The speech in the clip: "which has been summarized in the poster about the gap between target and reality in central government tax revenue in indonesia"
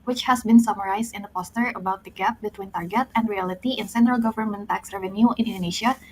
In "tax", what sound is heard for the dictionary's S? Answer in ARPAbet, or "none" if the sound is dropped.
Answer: S